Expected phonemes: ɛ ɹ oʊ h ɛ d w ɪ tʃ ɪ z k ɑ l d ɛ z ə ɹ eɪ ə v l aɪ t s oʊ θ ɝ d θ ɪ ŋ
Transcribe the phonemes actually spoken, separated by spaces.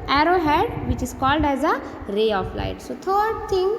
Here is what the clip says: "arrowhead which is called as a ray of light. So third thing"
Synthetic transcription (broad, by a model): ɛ ɹ oʊ h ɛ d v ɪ tʃ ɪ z k ɑ l d ɛ z ə ɹ eɪ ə f l aɪ t s oʊ t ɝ d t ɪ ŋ